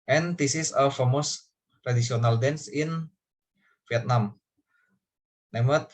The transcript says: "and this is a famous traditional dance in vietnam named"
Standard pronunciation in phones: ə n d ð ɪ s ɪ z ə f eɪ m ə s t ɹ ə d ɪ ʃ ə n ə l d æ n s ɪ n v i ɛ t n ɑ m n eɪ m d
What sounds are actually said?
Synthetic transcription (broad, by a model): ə n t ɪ s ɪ s ə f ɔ m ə s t ɹ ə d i s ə n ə l d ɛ n s ɪ n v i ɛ t n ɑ m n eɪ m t